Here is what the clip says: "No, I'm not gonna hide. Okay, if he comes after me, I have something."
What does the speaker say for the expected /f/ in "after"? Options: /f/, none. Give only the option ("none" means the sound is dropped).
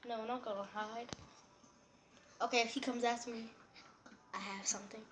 none